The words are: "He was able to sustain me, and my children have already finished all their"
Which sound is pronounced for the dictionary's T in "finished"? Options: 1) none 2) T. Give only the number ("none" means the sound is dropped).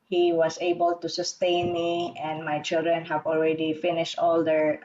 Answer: 2